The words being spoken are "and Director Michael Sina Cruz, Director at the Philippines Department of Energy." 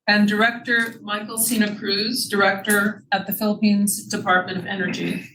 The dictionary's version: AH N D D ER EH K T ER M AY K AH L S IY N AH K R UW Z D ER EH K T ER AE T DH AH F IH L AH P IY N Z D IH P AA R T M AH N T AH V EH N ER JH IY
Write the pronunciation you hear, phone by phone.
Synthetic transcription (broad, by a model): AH N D D ER EH K T ER M AY K L S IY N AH K R UW Z D ER EH K T ER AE T DH AH F IH L AH P IY N Z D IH P AA R T M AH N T AH V EH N ER JH IY